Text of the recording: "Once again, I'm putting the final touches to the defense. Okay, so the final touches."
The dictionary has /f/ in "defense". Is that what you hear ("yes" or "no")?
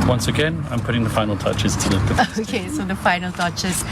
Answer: no